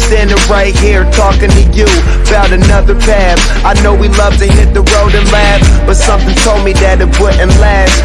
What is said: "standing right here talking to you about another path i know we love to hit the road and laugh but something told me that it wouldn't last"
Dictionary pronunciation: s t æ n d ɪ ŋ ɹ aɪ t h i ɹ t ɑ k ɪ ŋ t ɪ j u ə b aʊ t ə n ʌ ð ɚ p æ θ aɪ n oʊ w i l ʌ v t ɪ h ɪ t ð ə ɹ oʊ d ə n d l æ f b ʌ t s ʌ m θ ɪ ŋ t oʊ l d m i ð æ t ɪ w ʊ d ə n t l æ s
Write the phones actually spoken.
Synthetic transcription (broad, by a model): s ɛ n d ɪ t ɹ aɪ t h i ɹ t ɑ k ɪ ŋ t ɪ j u ə b aʊ t ə n ʌ ð ɚ p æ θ aɪ n oʊ w i l ʌ v t ɪ h ɪ t ð ə ɹ oʊ d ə n l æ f b ʌ t s ʌ m θ ɪ ŋ t oʊ l d m i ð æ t ɪ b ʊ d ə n l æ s